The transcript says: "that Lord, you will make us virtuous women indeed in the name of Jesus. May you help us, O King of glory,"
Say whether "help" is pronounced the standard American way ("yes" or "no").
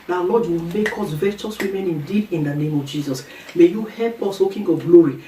yes